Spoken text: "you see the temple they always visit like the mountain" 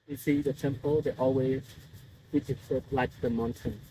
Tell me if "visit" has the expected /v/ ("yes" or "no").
no